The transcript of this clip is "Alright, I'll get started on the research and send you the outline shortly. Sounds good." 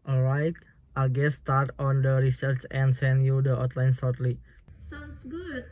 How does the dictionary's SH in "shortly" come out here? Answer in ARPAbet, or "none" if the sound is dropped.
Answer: S